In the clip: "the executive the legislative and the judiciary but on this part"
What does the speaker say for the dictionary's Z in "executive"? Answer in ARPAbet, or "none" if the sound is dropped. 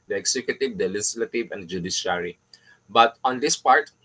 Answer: S